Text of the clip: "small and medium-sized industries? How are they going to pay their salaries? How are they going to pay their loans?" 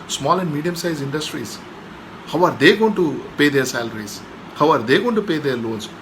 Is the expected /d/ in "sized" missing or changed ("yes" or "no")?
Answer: yes